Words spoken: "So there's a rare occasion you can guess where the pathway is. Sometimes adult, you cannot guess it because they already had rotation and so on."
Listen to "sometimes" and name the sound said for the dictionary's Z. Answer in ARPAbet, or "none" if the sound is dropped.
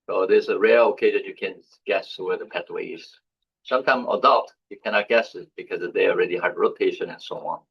none